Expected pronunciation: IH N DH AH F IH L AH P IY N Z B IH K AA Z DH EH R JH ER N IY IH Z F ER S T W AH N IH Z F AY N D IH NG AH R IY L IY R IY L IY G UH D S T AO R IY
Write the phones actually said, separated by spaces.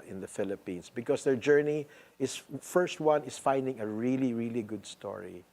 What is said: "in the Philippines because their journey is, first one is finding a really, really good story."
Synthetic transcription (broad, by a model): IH N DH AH F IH L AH P IY N S B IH K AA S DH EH R JH ER N IY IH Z F ER S T W AH N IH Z F AY N D IH NG AH R IY L IY R IY L IY G UH D S T AO R IY